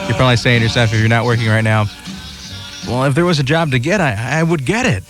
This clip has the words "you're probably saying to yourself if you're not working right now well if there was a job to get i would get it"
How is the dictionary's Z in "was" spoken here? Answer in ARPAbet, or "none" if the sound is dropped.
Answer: Z